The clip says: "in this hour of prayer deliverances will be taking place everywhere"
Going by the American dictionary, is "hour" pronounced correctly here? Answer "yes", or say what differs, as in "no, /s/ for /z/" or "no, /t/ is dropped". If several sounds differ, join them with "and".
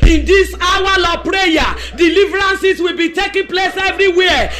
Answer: no, /l/ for /ɹ/